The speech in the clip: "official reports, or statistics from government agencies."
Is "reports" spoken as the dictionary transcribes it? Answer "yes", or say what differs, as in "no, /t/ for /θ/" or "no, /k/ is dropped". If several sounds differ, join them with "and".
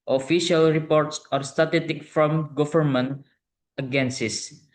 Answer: yes